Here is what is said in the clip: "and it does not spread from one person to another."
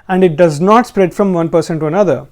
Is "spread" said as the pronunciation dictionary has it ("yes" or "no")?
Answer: yes